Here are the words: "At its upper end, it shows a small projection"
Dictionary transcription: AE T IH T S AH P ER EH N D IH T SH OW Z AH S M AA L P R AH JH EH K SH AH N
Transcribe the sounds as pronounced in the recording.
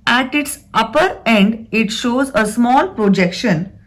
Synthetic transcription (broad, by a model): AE T IH T S AH P ER EH N D IH T SH OW Z AH S M AA L P R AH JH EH K SH AH N